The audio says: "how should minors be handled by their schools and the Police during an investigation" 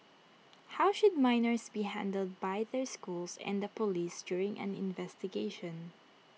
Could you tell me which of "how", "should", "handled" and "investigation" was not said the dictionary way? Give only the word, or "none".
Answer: none